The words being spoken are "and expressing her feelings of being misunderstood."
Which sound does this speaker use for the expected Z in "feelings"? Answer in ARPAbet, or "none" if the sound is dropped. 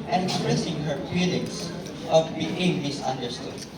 S